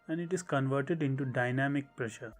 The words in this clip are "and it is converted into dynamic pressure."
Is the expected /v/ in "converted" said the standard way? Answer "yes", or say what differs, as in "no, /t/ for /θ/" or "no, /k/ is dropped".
yes